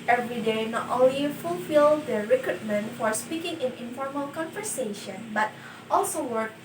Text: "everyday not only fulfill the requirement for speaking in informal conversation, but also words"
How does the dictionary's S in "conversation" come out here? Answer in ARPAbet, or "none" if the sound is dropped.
S